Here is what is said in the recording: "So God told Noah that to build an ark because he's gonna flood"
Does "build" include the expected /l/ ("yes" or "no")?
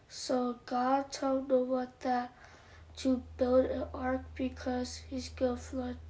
yes